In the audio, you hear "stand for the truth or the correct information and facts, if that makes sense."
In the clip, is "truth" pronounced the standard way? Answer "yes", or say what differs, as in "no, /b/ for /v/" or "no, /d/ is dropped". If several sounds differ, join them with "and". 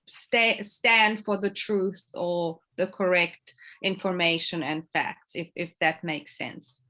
yes